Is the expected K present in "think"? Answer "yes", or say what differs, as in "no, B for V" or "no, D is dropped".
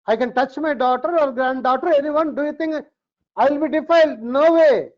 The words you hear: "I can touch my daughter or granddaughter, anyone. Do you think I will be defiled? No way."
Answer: no, K is dropped